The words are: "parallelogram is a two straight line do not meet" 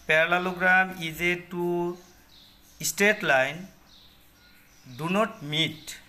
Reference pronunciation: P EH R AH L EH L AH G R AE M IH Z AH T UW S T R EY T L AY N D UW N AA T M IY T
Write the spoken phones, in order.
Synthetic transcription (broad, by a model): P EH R L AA L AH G R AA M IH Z AH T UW S T EY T L AY N D UW N AA T M IY T